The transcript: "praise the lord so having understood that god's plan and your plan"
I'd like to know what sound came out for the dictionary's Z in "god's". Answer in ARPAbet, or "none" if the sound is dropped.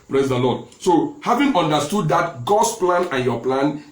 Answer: S